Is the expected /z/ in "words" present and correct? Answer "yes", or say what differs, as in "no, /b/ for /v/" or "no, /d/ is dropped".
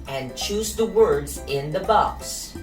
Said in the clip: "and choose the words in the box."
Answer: yes